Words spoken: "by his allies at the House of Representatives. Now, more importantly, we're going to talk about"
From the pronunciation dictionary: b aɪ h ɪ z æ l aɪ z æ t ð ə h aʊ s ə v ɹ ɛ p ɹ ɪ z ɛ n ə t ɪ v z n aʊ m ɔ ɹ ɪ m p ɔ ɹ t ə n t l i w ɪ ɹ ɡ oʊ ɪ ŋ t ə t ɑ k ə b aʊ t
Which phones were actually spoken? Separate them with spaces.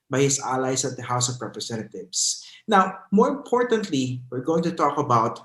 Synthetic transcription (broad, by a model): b aɪ h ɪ s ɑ l aɪ s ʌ t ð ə h aʊ s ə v ɹ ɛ p ɹ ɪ s ɛ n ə t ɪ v s n aʊ m ɔ ɹ ɪ m p ɔ ɹ t ə n t l i w ɪ ɹ ɡ oʊ ɪ ŋ t ə t ɑ k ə b aʊ t